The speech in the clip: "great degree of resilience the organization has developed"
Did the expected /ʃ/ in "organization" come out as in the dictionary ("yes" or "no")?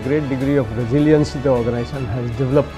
no